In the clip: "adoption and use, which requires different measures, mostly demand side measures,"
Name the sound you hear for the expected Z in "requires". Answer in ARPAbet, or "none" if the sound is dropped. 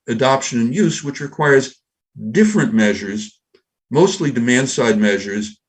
Z